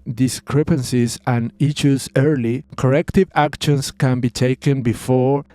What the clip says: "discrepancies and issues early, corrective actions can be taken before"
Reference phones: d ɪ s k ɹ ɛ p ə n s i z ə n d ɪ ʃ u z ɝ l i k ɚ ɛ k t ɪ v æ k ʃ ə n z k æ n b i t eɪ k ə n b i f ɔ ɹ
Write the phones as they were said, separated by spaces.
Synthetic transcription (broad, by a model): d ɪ s k ɹ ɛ p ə n s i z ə n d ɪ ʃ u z ɝ l i k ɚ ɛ k t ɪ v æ k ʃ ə n s k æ n b i t eɪ k ə n b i f ɔ ɹ